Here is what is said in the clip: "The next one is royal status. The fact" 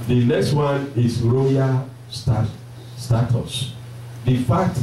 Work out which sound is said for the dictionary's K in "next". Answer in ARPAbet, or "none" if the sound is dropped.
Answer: K